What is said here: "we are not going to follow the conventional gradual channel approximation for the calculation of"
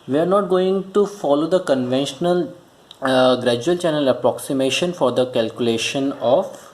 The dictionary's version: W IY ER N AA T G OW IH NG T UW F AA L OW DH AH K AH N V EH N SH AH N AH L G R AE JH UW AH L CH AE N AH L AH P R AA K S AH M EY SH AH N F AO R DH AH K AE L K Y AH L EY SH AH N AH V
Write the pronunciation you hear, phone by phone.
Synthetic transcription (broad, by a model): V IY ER N AA T G OW IH NG T UW F AA L OW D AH K AH N V EH N SH AH N AH L G R AE JH UW AH L CH AE N AH L AH P R AA K S AH M EY SH AH N F AO R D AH K AE L K Y AH L EY SH AH N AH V